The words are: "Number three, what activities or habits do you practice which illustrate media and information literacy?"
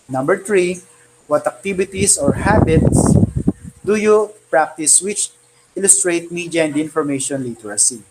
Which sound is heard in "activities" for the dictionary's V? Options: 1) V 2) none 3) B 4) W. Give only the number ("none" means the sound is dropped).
3